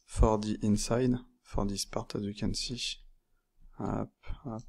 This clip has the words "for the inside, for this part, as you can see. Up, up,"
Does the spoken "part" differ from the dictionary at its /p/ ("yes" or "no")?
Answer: no